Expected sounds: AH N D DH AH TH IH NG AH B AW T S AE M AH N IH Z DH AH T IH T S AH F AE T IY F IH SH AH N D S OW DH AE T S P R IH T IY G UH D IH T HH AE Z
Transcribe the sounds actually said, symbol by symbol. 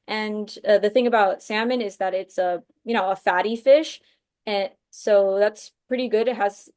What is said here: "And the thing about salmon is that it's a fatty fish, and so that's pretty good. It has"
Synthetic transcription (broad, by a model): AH N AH DH AH TH IH NG AH B AW T S AE M AH N IH Z DH AH T IH T S AH F AE T IY F IH SH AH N S OW DH AE T S P R IH T IY G UH D IH T HH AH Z